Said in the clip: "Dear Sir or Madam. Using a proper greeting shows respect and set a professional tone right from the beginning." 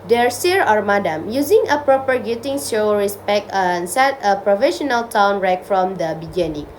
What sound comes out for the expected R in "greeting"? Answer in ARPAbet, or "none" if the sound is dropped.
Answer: none